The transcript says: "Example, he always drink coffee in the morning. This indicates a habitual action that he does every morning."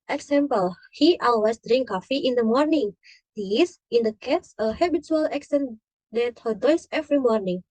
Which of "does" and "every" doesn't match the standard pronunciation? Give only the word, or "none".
does